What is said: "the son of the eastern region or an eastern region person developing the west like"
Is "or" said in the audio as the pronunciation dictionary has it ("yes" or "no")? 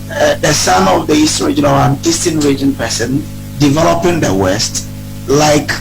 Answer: no